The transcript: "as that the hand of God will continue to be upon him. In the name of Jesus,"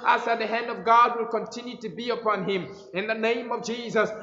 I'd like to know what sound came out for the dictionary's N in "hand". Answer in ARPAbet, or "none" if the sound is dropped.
N